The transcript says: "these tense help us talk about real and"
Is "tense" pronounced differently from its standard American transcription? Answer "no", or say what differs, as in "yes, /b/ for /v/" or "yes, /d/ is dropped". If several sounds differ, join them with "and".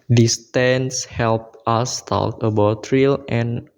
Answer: no